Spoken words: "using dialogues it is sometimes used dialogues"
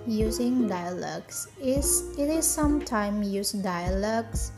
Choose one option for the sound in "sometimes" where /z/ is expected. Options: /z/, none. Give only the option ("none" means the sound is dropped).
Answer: none